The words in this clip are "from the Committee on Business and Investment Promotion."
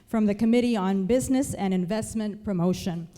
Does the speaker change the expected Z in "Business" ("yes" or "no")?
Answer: no